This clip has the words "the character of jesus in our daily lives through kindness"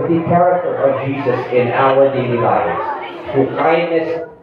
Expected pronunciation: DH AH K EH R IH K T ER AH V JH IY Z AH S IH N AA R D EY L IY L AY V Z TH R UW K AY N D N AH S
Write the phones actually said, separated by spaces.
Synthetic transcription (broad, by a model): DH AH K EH R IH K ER AH V JH IY Z AH S IH N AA L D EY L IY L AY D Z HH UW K AY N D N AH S